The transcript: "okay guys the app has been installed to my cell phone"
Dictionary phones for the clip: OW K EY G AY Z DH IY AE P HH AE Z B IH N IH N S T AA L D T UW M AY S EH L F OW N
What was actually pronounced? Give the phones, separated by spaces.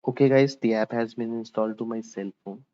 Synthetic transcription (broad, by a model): OW K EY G AY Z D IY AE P HH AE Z B IH N IH N S T AA L D T UW M AY S EH L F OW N